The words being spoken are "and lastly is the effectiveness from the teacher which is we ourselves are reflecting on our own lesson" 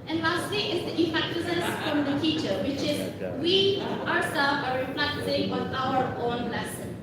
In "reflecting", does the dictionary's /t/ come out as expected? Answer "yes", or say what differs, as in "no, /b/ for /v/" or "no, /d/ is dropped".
no, /s/ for /t/